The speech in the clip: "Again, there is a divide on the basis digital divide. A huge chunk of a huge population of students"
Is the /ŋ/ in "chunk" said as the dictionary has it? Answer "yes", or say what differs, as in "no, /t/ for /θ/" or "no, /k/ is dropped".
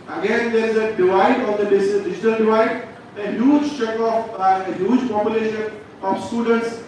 no, /ŋ/ is dropped